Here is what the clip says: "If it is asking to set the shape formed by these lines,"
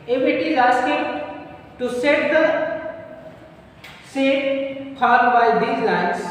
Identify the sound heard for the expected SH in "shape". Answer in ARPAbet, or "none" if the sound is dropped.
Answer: S